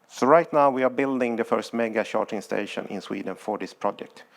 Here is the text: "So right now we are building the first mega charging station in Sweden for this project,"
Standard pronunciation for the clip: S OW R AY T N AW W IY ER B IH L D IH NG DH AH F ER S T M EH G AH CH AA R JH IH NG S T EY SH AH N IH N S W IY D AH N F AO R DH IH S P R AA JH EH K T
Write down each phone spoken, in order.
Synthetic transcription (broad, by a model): S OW R AY T N AW W IY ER B IH L D IH NG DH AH F ER S T M EH G AH SH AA R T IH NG S T EY SH AH N IH N S W IY D AH N F AO R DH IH S P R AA JH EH K T